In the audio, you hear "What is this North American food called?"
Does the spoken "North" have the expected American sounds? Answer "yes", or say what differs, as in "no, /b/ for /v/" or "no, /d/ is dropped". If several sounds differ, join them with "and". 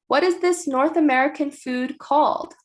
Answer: yes